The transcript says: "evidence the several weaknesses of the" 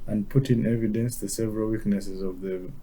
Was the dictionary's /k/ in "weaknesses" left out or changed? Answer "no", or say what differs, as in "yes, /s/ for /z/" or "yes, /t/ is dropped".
no